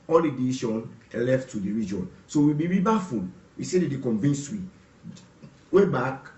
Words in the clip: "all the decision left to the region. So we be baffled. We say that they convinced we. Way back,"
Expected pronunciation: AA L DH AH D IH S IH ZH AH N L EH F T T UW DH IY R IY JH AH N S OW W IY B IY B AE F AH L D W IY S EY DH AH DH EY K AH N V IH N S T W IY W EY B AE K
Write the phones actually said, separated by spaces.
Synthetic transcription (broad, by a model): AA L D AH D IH SH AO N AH L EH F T T UW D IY R IY JH AH N S OW W IY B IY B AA F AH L W IY S EY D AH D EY K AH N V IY N S W IY W EY B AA K